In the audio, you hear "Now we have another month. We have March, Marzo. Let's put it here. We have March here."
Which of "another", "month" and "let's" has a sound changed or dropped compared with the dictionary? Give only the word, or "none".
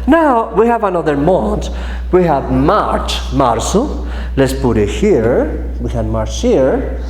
month